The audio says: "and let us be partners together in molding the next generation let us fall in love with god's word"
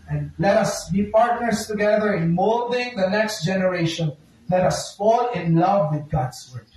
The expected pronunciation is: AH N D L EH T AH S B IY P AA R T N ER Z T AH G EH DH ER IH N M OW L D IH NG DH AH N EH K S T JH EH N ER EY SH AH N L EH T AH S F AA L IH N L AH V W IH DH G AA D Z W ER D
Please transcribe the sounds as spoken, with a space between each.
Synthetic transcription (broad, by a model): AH N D L EH T AH S B IY P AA R T N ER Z T AH G EH DH ER IH N M OW L D IH NG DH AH N EH K S T JH EH N ER EY SH AH N L EH T AH S F AA L IH N L AH V W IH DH G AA D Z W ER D